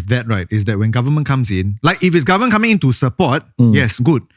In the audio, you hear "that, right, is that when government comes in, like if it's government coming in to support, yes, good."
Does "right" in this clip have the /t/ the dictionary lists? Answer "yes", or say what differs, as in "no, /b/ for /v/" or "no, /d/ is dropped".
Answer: yes